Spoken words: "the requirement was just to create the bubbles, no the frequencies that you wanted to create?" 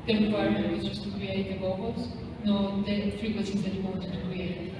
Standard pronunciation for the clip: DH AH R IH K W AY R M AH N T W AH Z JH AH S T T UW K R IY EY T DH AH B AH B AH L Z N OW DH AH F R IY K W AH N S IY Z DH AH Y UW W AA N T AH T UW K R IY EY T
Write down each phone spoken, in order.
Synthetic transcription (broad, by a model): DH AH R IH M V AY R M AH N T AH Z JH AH S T T UW K R IY EY T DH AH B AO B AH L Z N OW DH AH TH R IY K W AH S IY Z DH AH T W AA N T AH T UW K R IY EY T